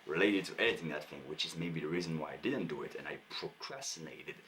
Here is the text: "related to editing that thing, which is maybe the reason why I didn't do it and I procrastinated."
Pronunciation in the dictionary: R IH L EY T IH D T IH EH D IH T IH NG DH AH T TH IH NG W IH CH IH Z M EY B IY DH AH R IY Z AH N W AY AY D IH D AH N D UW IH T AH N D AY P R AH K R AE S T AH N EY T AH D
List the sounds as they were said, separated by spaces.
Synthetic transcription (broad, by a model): R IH L EY T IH D T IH EH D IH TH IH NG DH AH T TH IH NG W IH CH IH Z M EY B IY DH AH R IY Z AH N W AY AY D IH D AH N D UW IH T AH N AY P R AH K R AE S T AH N EY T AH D